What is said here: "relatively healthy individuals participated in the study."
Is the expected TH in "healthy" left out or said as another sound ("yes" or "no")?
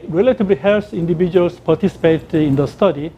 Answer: yes